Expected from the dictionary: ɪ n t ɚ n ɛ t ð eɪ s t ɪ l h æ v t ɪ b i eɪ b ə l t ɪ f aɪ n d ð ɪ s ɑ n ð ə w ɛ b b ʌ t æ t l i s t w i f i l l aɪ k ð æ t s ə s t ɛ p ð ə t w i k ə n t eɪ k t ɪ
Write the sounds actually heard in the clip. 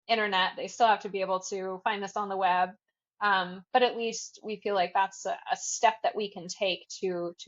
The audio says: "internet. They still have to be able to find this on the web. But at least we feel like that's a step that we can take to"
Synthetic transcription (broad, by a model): ɪ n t ɚ n ɛ t ð eɪ s t ɪ l h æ f t ɪ b i eɪ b l t ɪ f aɪ n ð ɪ s n ð ə w ɛ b b ʌ t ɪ t l i s t w i f i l l aɪ k ð æ t s ə s t ɛ p ð ə t w i k ə n t eɪ k t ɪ